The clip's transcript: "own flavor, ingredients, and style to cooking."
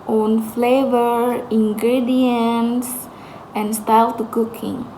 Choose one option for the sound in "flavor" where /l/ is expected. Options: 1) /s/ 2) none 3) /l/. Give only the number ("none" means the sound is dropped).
3